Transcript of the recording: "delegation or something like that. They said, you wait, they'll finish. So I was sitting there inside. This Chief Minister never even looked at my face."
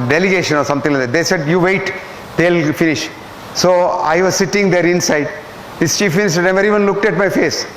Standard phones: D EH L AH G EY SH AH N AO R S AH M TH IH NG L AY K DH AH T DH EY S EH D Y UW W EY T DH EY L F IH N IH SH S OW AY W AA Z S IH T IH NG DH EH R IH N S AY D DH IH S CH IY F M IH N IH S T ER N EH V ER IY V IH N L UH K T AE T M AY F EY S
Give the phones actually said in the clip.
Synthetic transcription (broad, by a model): D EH L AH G EY SH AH N AO R S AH M T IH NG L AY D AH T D EY S EH D Y UW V EY T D EY L F IH N IH SH S OW AY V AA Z S IH T IH NG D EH R IH N S AY D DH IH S CH IY F M IH N IH S T ER N EH V ER IY V IH N L UH K T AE T M AY F EY S